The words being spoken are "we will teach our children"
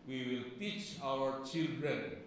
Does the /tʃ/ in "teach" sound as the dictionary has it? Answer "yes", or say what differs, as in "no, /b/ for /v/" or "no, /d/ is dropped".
yes